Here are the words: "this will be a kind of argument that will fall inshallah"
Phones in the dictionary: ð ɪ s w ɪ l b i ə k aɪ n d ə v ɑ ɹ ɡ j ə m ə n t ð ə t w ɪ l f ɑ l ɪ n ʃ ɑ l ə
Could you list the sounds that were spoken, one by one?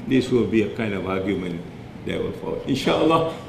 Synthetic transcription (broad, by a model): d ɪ s w ɪ l b i ə k aɪ n d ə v ɑ ɡ j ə m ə n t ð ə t w ɪ l f ɑ l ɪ n ʃ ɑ l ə